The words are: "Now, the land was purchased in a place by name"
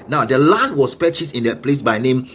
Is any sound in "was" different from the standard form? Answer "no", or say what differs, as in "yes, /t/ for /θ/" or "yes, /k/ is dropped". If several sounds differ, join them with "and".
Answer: yes, /s/ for /z/